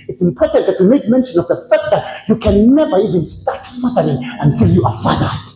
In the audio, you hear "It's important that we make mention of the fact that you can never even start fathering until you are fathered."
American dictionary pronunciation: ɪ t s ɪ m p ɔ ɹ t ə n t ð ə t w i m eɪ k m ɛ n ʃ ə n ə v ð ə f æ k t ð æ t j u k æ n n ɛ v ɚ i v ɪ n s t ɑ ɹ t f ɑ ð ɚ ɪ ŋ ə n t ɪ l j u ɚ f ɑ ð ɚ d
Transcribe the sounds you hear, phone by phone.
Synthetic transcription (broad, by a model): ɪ t s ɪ m p ɔ ɹ t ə n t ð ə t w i m eɪ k m ɛ n ʃ ə n ə v ð ə f æ k t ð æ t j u k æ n n ɛ v ɚ i v ɪ n s t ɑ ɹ t f ɑ ð ɚ ɪ ŋ ə n t ɪ l j u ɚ f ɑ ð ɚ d